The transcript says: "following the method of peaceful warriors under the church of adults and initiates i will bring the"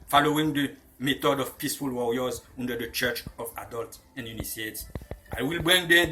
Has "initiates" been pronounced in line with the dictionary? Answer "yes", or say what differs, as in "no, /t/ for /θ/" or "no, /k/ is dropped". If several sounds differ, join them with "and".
no, /s/ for /ʃ/